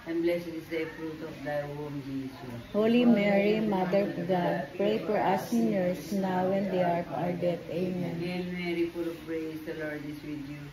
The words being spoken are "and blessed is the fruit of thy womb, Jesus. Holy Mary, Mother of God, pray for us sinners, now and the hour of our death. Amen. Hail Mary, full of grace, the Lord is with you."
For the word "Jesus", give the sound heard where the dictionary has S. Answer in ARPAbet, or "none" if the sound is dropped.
none